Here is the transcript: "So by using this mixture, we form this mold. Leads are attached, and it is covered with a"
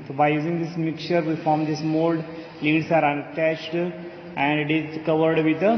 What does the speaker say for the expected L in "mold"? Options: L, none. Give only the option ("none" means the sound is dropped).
L